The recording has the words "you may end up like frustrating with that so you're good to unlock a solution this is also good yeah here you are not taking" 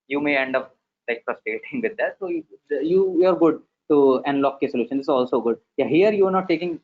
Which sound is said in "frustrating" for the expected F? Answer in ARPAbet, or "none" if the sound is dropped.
P